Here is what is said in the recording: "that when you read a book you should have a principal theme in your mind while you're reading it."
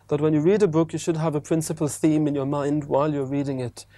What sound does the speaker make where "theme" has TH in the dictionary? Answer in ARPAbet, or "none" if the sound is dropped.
TH